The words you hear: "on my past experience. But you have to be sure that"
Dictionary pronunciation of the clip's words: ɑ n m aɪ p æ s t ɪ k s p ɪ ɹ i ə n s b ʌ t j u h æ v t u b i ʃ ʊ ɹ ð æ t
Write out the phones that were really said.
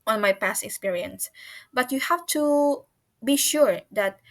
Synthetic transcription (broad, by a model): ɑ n m aɪ p æ s t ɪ k s p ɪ ɹ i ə n s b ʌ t j u h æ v t u b i ʃ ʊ ɹ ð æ t